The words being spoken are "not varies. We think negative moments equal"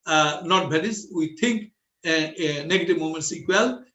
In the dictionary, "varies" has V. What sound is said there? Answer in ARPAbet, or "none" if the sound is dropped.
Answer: B